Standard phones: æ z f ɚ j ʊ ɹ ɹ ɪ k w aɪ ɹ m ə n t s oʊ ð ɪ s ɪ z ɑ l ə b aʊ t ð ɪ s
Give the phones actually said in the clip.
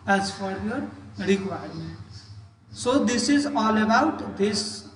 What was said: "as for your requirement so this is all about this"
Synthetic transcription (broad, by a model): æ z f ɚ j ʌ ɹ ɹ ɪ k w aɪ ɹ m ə t s oʊ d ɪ s ɪ z ɑ l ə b aʊ t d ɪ s